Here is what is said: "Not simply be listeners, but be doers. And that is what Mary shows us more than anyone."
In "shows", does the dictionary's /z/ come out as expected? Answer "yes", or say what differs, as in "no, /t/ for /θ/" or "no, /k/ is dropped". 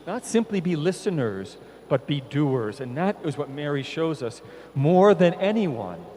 yes